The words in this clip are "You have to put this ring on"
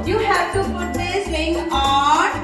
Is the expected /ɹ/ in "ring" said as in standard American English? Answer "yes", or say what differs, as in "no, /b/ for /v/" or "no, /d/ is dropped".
no, /l/ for /ɹ/